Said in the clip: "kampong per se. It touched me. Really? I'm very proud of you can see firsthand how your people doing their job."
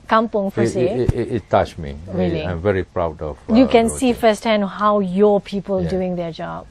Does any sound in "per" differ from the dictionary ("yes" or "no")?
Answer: yes